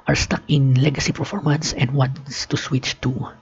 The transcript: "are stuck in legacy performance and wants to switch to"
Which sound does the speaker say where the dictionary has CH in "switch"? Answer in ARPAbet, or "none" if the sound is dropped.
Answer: CH